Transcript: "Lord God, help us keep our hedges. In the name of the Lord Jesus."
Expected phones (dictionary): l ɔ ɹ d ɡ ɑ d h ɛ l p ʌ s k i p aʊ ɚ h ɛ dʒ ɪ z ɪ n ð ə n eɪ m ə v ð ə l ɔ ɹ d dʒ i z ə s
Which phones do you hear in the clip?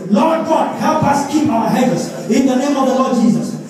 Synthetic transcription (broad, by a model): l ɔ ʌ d ɡ ɑ d h ɛ l p ʌ s k i p aʊ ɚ h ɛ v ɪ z ɪ n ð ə n eɪ m ə v ð ə l ɔ d dʒ i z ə s